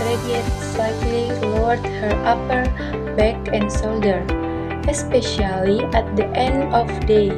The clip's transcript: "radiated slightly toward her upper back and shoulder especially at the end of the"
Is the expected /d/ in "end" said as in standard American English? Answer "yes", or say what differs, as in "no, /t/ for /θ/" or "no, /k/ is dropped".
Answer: yes